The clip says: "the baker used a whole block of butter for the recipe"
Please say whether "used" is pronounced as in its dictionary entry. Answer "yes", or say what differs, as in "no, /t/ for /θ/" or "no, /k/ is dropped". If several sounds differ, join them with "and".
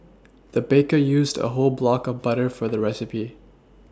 yes